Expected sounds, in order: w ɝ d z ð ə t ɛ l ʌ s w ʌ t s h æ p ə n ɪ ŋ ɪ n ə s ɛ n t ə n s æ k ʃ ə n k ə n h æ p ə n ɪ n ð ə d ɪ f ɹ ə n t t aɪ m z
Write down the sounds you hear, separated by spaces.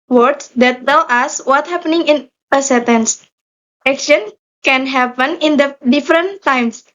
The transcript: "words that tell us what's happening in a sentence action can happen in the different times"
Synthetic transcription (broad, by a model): w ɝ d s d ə t ɛ l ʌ s w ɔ t h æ p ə n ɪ ŋ ɪ n ə s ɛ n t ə n s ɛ k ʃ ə n k ə n h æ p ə n ɪ n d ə d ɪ f ɹ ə n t t aɪ m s